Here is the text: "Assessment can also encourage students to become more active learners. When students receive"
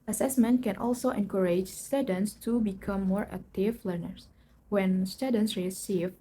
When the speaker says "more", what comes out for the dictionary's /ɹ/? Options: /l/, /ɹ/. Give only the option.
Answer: /ɹ/